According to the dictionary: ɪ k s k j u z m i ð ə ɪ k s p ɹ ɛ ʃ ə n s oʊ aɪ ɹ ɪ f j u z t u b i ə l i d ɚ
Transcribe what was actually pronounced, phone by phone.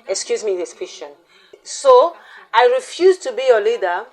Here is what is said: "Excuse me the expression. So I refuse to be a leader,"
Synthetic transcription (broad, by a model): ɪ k s k j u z m i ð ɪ s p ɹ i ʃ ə n s oʊ aɪ ɹ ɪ f j u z t u b i ə l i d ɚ